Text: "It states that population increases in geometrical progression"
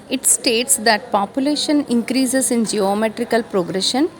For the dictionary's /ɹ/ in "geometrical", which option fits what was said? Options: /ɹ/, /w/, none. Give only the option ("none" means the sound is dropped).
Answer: /ɹ/